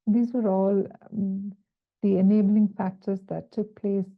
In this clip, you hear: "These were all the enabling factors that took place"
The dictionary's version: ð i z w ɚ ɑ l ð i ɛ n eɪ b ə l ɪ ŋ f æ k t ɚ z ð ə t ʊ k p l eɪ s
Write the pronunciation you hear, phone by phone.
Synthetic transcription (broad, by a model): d i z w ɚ ɑ l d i ɛ n eɪ b ə l ɪ ŋ f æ k t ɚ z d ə t ʊ k p l eɪ s